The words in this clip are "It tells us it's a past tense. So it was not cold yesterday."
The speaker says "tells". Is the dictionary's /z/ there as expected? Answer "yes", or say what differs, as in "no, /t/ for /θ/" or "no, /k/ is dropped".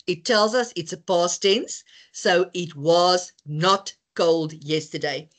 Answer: yes